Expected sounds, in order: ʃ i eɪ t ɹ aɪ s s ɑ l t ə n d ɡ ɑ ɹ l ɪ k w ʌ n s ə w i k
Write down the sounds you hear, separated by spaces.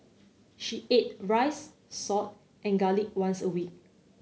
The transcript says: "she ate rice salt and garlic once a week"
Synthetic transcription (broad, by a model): ʃ i eɪ t ɹ aɪ s s ɑ t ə n ɡ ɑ l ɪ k w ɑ n s ə w i k